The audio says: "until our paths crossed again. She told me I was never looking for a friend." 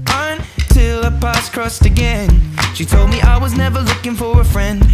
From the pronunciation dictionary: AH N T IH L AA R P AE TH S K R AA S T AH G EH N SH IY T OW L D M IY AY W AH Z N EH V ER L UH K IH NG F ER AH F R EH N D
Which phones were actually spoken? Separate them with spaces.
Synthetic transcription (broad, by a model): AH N T IH L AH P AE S K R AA S T AH G EH N SH IY T OW L D M IY AY W AH Z N EH V ER L UH K IH NG F ER AH F R EH N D